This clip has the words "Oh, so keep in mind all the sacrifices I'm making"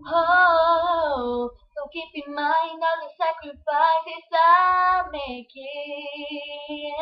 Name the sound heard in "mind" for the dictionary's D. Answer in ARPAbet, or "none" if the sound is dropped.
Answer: none